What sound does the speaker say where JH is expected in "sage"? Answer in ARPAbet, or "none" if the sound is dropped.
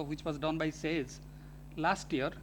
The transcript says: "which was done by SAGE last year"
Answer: Z